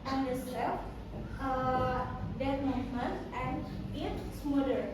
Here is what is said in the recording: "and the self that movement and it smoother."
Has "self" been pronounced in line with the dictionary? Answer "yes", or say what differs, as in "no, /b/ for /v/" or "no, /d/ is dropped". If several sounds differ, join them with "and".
no, /l/ is dropped